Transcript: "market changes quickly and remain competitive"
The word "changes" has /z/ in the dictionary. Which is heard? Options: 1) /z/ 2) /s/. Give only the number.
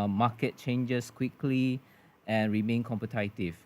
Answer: 2